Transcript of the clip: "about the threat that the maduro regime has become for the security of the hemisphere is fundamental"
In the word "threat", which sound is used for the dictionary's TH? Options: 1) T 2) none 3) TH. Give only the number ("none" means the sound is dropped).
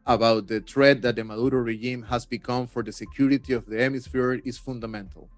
1